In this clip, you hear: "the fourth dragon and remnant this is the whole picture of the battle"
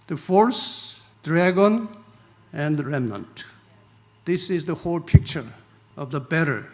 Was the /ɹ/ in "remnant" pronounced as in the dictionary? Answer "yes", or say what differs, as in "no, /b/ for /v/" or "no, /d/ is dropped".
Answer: yes